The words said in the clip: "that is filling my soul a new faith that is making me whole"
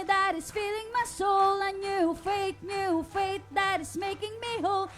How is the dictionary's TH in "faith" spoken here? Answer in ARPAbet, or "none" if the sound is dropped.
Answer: T